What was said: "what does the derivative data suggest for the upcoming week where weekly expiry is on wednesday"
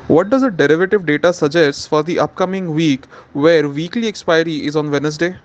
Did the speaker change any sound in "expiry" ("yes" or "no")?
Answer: no